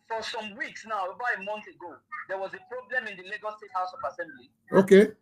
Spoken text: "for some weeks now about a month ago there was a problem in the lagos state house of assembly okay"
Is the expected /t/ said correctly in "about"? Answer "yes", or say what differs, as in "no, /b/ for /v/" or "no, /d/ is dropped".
no, /t/ is dropped